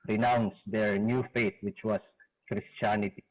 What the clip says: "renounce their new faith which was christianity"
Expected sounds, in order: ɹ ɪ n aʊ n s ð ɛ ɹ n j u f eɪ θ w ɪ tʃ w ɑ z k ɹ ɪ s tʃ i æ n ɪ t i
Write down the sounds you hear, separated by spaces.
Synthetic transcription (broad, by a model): ɹ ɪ n aʊ n s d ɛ ɹ n j u f eɪ t w ɪ tʃ w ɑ s k ɹ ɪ s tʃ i n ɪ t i